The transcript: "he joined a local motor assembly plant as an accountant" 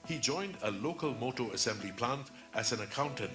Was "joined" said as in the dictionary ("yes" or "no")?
yes